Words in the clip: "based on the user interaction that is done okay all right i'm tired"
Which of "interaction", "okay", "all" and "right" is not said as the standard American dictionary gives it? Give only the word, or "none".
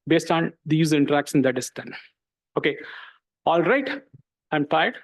interaction